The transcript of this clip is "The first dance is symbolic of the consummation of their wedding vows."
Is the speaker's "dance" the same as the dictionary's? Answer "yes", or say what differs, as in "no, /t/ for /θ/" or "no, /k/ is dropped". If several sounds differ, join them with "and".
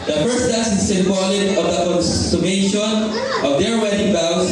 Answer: no, /n/ is dropped